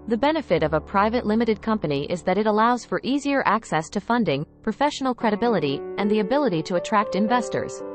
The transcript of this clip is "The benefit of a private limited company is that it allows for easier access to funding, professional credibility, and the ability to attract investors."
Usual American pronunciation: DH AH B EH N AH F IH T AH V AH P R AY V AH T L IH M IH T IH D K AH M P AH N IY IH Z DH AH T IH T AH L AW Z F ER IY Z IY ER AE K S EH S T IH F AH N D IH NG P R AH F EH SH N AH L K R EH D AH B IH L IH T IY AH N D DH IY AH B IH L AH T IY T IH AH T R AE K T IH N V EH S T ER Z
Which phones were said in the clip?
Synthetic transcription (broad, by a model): DH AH B EH N AH F IH T AH V AH P R AY V AH T L IH M IH T IH D K AH M P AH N IY IH Z DH AH T IH T AH L AW Z F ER IY Z IY ER AE K S EH S T IH F AH N D IH NG P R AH F EH SH N L K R EH D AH B IH L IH T IY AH N DH IY AH B IH L AH T IY T IH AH T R AE K T IH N V EH S T ER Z